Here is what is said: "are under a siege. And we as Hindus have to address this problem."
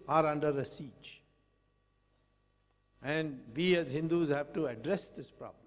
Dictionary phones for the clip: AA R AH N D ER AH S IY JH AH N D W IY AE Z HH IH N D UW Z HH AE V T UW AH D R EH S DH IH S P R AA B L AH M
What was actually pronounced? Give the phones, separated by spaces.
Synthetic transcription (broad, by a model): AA R AH N D ER AH S IY CH AH N D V IY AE Z HH IH N D UW Z HH AE V T UW AH D R EH S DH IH S P R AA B L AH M